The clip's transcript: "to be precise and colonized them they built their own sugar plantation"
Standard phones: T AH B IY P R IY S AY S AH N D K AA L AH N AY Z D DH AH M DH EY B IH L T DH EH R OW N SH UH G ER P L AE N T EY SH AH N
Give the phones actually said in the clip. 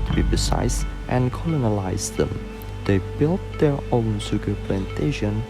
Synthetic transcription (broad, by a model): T B IY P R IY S AY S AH N K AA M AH N AY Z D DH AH M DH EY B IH L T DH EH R OW N S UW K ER P L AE N T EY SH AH N